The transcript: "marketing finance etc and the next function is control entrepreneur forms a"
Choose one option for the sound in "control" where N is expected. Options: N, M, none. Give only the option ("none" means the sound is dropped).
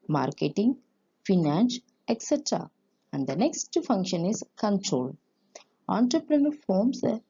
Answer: N